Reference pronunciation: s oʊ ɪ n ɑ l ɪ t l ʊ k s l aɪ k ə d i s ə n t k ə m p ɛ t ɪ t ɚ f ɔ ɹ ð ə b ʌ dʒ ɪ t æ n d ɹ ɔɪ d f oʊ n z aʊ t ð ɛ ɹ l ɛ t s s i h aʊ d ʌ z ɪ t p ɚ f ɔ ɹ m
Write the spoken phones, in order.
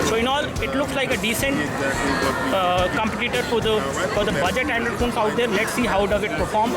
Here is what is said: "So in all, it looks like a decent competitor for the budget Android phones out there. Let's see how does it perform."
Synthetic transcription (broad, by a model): s oʊ ɪ n ɑ l ɪ t l ʊ k s l aɪ k ə d i s ə n t k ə m p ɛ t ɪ t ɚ f ɔ ɹ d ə b ʌ dʒ ɪ t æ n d ʌ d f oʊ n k aʊ t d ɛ ɹ l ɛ t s s i h aʊ d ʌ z ɪ t p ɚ f ɔ ɹ m